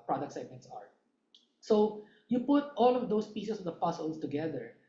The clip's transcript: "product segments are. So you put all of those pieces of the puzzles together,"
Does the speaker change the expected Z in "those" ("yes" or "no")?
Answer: yes